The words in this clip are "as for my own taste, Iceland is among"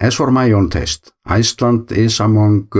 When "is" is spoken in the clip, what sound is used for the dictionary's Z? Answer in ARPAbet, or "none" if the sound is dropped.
S